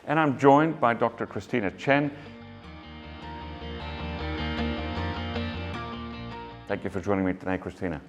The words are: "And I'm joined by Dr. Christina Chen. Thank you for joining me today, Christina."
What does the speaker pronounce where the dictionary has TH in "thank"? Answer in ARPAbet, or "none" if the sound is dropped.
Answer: TH